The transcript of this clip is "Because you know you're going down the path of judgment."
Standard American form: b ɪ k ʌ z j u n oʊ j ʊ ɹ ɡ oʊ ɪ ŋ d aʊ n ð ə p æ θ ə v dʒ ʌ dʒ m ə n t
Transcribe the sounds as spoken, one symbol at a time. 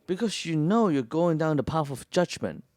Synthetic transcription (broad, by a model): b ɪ k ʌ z j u n oʊ j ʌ ɹ ɡ oʊ ɪ ŋ d aʊ n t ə p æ f ə v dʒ ʌ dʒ m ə n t